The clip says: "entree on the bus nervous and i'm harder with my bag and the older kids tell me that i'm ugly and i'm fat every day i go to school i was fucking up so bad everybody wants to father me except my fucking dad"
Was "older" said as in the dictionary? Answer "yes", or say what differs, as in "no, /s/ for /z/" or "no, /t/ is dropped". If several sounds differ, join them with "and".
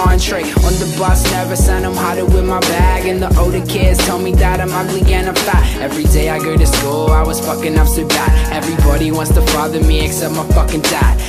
no, /l/ is dropped